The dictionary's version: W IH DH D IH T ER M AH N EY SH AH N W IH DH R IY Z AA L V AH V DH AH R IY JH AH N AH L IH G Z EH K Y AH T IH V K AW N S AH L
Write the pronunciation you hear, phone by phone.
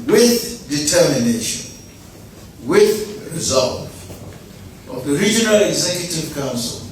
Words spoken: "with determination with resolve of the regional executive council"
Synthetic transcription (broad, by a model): W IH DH D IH T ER M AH N EY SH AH N W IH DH R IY Z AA L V AH V DH AH R IY JH AH N AH L IH G Z EH K Y AH T IH V K AW N S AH L